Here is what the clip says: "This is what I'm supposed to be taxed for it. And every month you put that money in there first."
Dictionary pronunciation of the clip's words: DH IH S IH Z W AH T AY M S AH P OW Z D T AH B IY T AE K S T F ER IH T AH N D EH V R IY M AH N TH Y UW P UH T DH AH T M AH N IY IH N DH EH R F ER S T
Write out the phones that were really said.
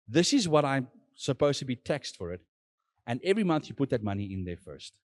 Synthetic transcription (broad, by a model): DH IH S IH Z W AH T AY M S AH P OW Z T AH B IY T AE K S T F ER IH T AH N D EH V R IY M AH N TH Y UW P UH T DH AH T M AH N IY IH N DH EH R F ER S T